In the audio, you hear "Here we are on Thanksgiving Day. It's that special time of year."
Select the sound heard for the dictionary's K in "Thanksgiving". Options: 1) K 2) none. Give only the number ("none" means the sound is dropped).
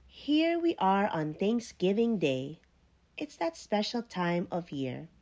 1